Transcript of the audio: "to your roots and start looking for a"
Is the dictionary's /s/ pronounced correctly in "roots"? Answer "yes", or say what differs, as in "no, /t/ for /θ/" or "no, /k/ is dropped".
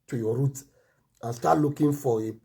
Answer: no, /s/ is dropped